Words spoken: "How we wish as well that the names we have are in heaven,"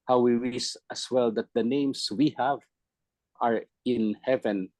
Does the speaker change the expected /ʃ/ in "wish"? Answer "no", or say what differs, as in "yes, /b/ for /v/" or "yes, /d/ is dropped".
yes, /s/ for /ʃ/